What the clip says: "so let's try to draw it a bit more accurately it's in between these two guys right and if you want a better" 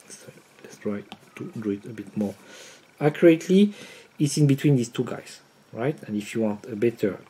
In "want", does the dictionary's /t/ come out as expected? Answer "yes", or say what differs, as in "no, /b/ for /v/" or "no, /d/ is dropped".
yes